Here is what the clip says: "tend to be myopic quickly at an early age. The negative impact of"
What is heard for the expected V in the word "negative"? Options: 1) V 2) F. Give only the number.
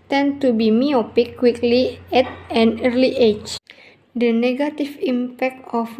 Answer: 2